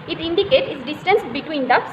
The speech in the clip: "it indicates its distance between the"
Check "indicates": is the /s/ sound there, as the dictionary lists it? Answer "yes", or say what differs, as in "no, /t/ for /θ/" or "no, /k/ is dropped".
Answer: no, /s/ is dropped